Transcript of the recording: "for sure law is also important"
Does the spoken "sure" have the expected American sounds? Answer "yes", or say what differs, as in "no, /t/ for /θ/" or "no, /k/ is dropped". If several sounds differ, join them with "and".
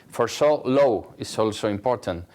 no, /s/ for /ʃ/